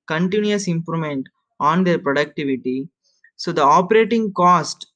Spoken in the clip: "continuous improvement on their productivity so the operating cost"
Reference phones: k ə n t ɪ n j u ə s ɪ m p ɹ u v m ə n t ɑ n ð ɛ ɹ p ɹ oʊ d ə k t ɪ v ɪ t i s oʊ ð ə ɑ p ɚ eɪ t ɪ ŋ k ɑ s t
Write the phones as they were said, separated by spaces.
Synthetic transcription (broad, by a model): k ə n t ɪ n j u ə s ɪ m p ɹ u m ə n t ɑ n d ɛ ɹ p ɹ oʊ d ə k t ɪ v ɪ t i s oʊ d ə ɑ p ɚ eɪ t ɪ ŋ k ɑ s t